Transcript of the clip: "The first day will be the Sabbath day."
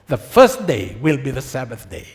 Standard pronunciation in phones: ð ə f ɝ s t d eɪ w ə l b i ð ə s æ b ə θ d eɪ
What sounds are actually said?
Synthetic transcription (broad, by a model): ð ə f ɝ s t d eɪ w ə l b i ð ə s æ b ə θ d eɪ